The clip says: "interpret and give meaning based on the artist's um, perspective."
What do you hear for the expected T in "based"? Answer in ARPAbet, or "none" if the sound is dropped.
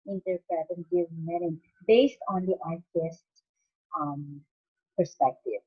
T